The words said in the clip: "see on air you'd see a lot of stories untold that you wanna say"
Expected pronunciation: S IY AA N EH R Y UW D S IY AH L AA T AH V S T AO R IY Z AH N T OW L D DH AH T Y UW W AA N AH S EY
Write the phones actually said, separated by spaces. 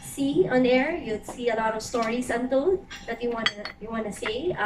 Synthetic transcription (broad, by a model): S IY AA N EH R Y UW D S IY AH L AA T AH V S T AO R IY S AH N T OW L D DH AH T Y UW W AA N AH S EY